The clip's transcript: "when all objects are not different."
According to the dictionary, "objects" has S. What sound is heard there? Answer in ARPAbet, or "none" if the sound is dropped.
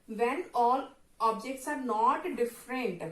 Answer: S